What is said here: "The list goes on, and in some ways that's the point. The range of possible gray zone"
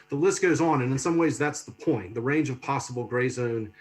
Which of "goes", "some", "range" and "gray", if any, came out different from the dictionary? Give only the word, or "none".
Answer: none